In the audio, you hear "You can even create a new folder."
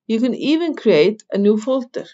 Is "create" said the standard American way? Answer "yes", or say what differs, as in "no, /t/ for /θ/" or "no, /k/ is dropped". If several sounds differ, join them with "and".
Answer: yes